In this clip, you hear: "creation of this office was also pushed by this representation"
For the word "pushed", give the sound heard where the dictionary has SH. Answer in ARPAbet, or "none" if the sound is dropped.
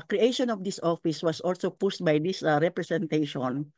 S